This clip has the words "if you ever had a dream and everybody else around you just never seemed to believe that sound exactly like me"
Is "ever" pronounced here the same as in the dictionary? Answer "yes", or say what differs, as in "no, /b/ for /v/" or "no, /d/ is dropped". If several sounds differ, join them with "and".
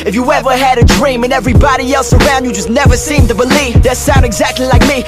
yes